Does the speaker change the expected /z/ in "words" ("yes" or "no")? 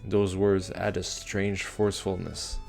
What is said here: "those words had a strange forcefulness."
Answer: no